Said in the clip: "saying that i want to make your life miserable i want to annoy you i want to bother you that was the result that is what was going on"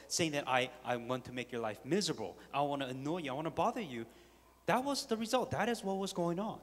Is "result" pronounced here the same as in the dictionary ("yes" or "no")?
yes